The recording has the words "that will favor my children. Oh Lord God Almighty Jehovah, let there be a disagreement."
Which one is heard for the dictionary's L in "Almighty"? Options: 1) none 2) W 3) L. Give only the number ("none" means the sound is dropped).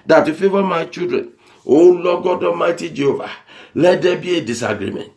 1